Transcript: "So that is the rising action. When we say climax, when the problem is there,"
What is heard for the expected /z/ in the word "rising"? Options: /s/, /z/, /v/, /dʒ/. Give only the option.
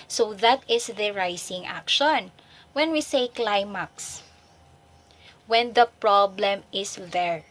/s/